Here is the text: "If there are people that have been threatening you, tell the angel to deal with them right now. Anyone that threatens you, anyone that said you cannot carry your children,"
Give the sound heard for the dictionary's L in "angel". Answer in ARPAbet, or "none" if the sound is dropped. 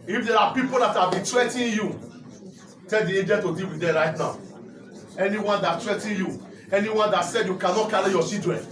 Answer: N